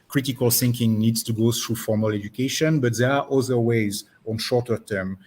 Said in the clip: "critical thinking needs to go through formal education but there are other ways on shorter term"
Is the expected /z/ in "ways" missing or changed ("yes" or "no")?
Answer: no